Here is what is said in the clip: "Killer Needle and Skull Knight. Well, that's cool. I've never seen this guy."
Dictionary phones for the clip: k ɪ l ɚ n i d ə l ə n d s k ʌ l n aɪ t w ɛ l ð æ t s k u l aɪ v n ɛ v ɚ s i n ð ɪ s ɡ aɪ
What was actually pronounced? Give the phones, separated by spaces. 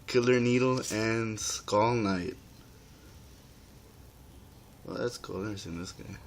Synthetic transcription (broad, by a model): k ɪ l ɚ n i d l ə n s k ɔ l n aɪ t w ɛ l ð æ t s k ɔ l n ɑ ɪ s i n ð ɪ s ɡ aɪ